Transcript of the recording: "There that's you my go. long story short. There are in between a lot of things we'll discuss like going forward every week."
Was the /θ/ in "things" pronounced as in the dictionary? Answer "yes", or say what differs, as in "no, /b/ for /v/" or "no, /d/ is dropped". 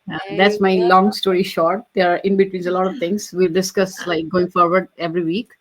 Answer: no, /t/ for /θ/